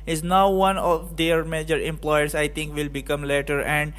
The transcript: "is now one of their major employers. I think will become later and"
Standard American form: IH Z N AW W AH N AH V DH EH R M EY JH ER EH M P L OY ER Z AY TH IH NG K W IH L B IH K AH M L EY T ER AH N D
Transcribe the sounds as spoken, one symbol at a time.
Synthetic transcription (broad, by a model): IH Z N AW W AH N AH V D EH R M EY JH ER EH M P L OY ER S AY T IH NG K W IH L B IH K AH M L EY T ER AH N D